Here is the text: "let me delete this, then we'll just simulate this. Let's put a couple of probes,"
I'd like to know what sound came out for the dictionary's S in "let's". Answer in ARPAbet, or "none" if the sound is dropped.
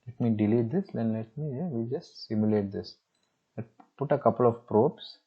none